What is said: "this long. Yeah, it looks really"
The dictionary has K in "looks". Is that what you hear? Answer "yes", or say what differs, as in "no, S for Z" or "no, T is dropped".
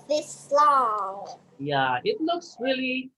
yes